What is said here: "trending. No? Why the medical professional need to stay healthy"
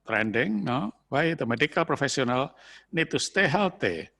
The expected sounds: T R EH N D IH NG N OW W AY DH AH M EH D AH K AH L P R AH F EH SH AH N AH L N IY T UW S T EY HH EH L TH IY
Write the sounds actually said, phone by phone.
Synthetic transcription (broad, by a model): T R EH N D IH NG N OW W AY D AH M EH D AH K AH L P R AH F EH S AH N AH L N IY T UW S T EY HH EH L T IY